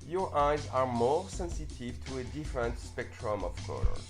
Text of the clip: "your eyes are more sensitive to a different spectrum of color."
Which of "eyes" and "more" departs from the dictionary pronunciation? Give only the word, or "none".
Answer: none